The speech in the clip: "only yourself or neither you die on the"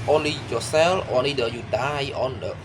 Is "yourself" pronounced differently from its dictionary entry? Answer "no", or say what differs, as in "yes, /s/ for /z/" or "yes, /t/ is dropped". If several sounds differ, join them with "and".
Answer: yes, /f/ is dropped